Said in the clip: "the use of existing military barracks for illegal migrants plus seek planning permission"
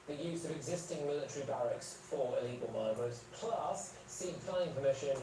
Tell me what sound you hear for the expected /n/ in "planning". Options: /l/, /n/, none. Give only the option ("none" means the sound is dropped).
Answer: none